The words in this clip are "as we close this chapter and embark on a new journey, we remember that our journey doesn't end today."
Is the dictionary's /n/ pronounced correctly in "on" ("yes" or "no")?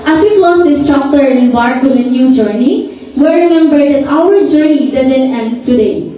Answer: no